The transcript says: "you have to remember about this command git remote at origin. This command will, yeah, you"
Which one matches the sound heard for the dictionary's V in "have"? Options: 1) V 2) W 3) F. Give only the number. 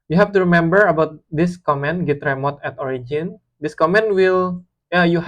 3